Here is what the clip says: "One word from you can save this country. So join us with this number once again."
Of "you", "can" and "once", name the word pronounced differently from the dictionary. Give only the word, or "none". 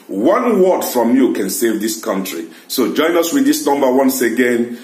none